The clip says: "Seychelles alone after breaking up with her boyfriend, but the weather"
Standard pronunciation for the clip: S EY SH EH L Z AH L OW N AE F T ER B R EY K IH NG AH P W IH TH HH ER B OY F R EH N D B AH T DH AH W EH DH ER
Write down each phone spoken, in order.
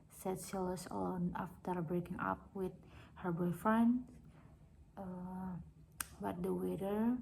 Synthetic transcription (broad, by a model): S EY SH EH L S AH L OW N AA F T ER B R EY K IH NG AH P W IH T HH ER B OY F R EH N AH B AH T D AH W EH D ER